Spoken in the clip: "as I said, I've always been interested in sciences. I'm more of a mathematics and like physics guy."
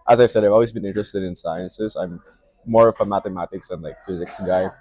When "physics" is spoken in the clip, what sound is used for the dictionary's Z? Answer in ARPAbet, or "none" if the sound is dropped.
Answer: Z